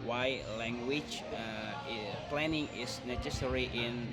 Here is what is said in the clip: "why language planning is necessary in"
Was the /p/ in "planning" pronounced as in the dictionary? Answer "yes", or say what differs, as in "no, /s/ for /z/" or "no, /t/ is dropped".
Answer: yes